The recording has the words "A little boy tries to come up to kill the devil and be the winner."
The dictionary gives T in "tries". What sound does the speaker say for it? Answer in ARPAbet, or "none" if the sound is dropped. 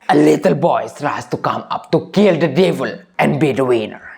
S